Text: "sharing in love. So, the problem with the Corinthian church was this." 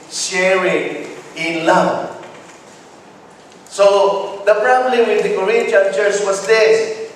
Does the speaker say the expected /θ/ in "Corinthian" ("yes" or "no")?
no